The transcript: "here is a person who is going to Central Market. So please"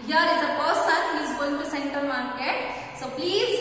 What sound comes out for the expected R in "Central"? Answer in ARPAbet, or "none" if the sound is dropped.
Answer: none